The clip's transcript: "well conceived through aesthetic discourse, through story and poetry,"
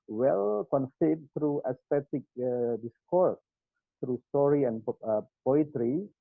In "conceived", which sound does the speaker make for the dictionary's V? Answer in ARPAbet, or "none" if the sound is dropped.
none